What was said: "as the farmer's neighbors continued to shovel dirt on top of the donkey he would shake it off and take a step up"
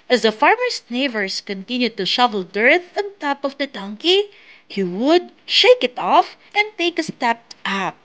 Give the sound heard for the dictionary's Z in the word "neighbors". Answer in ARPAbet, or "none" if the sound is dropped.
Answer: S